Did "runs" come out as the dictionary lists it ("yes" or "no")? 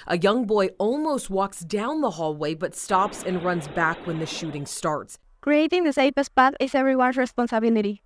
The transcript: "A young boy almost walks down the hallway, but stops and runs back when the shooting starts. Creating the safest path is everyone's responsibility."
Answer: yes